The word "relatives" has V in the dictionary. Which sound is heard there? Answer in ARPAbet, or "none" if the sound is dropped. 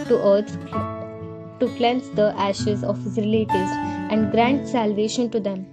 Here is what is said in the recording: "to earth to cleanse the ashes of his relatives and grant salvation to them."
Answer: none